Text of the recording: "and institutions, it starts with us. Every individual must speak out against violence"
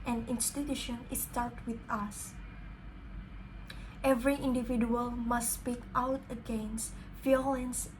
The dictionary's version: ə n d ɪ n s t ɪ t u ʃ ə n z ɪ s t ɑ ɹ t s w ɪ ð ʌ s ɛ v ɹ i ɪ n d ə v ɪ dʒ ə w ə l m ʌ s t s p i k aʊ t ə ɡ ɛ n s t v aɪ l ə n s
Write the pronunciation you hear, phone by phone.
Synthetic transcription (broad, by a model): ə n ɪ n s t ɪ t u ʃ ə n ɪ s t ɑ l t w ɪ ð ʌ s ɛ v ɹ i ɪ n d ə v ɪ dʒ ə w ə l m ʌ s s p i k aʊ t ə ɡ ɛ n s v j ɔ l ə n s